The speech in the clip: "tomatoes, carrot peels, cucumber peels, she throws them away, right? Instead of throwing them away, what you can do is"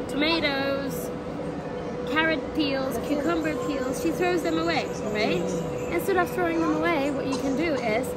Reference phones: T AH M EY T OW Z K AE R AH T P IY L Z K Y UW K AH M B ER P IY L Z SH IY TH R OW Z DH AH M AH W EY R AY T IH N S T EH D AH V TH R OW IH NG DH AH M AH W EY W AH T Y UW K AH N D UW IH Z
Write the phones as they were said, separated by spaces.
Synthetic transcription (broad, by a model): T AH M EY T OW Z K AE R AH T P IY L Z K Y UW K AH M B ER P IY L Z SH IY TH R OW Z DH AH M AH W EY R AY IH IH N S T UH D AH P TH R OW IH NG DH AH M AH W EY W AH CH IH K AH N D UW IH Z